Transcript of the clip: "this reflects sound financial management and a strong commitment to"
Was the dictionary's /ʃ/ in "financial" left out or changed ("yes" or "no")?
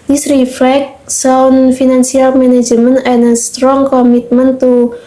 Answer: yes